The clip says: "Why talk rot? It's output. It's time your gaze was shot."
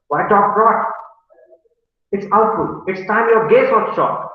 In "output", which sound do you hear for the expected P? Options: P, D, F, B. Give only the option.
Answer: F